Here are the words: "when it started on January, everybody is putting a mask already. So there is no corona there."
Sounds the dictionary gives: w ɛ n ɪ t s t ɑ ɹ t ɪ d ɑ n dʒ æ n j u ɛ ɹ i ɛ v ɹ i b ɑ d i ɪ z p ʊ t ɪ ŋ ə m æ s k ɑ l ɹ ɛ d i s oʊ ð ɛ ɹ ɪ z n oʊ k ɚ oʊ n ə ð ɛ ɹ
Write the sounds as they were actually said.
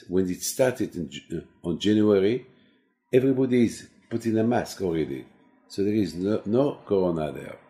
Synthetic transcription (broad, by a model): w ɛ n ɪ t s t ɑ ɹ t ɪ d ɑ n dʒ æ n j u ɛ ɹ i ɛ v ɹ i b ɑ d i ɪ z p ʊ t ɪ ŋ ə m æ s k ɑ l ɹ ɛ d i s oʊ ð ɛ ɹ ɪ z n oʊ k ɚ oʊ n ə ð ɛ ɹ